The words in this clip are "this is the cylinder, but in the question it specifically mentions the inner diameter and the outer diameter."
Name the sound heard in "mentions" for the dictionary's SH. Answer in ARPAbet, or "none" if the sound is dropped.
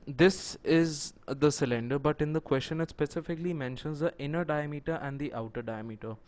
SH